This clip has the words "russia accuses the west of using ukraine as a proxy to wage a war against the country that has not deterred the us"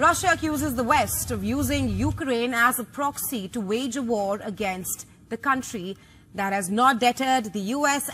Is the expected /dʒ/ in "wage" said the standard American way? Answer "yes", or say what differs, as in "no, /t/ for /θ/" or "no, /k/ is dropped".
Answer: yes